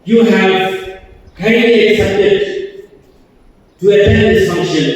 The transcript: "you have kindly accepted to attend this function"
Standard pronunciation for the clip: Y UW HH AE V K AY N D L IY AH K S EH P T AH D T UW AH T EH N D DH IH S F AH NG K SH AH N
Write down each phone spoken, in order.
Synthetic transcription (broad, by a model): Y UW HH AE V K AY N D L IY AH K S EH P T AH D T UW AH T EH N D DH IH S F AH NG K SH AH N